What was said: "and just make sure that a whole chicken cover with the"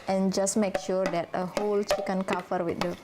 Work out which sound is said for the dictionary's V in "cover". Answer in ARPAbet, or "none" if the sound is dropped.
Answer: F